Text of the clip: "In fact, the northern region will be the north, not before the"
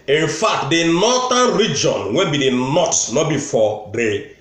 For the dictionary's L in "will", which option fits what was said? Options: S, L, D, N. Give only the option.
N